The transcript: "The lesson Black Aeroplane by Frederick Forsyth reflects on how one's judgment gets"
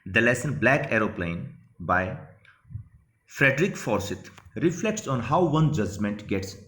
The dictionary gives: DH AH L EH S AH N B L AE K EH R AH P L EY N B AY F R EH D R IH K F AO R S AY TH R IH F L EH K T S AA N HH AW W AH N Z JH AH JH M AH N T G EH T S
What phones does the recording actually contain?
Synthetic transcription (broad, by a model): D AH L EH S AH N B L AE K EH R AH P L EY N B AY F R EH D R IH K F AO R S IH T R IH F L EH K T S AA N HH AW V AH N JH AH JH M AH N T G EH T S